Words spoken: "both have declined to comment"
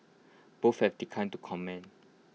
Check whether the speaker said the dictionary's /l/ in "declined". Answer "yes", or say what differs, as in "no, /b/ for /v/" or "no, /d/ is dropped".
no, /l/ is dropped